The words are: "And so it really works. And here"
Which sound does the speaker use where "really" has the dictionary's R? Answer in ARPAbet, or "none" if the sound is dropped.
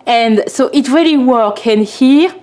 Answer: R